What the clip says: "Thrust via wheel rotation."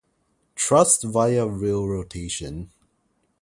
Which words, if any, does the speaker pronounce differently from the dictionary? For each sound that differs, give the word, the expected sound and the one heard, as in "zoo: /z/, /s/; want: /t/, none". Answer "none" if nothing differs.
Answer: thrust: /θ/, /t/